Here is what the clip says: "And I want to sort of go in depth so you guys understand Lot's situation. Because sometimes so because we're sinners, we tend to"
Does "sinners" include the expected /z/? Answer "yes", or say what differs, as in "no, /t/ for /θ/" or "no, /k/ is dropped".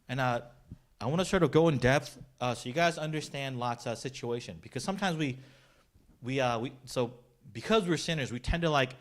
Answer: yes